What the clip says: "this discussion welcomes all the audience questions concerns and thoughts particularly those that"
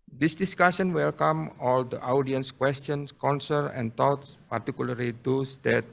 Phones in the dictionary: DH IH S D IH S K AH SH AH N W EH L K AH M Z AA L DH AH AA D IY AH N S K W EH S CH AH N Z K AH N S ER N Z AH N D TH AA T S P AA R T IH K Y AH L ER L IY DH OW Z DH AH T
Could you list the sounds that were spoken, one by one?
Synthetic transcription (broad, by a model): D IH S D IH S K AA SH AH N W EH L K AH M AA L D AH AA D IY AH N S K W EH S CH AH N S K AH N S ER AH N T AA T S P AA R T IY K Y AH L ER L IY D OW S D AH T